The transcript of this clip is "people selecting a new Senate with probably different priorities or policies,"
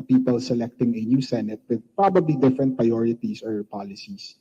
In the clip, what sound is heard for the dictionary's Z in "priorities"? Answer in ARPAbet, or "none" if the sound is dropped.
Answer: S